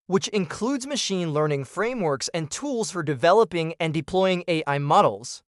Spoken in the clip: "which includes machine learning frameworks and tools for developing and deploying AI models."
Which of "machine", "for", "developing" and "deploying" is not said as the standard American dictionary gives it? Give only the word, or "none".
none